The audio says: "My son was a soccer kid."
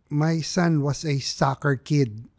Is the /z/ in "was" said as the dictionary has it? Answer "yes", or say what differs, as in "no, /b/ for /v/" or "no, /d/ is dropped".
no, /s/ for /z/